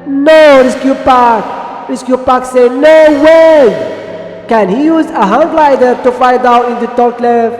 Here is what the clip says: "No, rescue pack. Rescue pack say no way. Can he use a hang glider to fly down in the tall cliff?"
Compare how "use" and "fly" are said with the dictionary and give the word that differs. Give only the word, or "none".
fly